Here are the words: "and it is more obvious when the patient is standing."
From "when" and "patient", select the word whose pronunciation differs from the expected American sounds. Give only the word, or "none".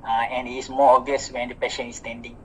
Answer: patient